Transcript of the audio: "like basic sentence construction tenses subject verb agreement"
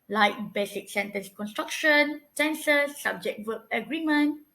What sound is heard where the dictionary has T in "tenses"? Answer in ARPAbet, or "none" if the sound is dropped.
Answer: S